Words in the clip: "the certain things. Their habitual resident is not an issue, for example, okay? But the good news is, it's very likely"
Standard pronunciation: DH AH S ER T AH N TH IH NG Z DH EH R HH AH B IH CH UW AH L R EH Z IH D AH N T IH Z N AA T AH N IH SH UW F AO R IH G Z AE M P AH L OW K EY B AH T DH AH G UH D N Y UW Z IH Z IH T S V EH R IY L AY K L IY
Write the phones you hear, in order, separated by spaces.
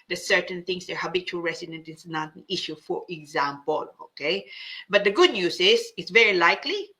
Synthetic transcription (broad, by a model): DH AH S ER T AH N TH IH NG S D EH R HH AH B IH CH UW AH L R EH S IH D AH N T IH S N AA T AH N IH SH UW F AO R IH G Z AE M P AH L OW K EY B AH T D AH G UH D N Y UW S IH S IH T S V EH R IY L AY K L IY